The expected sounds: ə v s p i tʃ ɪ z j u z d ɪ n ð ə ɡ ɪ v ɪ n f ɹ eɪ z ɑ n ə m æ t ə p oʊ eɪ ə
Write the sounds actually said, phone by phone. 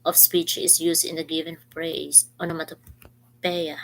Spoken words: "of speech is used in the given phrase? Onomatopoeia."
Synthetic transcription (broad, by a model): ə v s p i tʃ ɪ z j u s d ɪ n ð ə ɡ ɪ v ɪ n p ɹ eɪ s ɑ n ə m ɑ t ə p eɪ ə